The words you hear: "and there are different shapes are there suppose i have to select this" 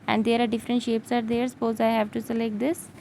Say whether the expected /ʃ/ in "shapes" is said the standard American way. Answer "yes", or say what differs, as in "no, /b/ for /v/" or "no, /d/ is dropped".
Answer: yes